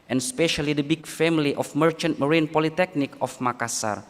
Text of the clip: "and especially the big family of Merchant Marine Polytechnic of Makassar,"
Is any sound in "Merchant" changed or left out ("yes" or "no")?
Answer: no